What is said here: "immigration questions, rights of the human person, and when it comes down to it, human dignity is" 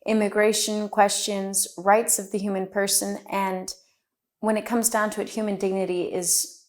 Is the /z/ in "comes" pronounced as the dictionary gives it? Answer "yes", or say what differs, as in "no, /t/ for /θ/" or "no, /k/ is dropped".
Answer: yes